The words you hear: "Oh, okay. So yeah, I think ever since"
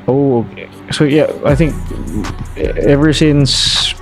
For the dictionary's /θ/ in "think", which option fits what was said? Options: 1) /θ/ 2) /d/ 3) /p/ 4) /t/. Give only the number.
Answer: 1